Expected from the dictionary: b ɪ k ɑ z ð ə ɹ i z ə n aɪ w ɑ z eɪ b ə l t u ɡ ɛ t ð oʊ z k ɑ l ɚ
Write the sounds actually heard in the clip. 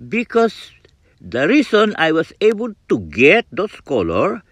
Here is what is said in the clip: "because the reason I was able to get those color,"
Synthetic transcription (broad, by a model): b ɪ k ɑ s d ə ɹ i s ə n aɪ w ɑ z eɪ b ə l t u ɡ ɛ t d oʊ s k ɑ l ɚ